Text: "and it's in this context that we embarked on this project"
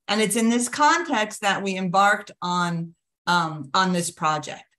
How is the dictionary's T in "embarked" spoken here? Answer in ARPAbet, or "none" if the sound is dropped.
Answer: T